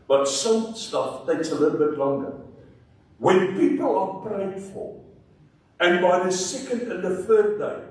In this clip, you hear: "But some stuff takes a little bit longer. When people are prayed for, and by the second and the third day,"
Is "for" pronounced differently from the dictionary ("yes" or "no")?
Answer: yes